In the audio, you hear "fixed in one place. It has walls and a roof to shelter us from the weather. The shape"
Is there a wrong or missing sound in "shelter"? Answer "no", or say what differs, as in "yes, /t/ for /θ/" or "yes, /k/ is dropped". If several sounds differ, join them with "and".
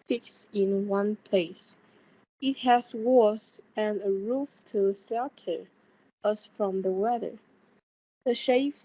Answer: yes, /s/ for /ʃ/